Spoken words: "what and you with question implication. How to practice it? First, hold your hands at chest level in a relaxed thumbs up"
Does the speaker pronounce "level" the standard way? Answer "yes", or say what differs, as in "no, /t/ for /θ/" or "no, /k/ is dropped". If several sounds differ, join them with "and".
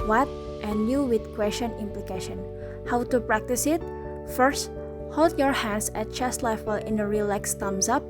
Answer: no, /f/ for /v/